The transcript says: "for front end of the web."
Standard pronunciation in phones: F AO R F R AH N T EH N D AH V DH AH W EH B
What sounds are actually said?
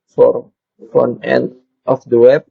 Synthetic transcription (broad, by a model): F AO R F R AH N EH N D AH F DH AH W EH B